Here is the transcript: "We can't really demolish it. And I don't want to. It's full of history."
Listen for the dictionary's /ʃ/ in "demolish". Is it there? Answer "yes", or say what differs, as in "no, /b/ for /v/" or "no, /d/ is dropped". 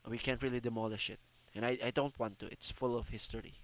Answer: yes